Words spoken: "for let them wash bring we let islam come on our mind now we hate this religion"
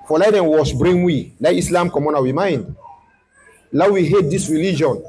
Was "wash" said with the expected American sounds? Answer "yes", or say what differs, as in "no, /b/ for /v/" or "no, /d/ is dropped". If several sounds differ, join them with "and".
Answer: no, /s/ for /ʃ/